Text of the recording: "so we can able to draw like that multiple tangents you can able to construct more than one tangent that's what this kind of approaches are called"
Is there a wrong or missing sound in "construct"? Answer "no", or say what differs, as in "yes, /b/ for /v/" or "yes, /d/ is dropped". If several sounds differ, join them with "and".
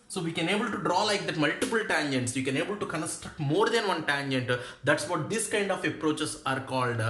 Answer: no